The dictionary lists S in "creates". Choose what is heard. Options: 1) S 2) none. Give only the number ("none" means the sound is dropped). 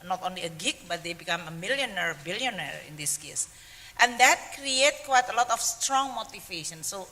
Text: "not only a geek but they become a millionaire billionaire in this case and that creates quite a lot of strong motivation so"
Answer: 2